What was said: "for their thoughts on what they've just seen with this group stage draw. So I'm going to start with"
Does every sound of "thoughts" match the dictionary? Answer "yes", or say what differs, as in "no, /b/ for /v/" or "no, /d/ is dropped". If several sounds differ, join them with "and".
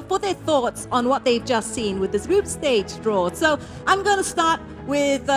yes